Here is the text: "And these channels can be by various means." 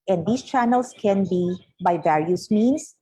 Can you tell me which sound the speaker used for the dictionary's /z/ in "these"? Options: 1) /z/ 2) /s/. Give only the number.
2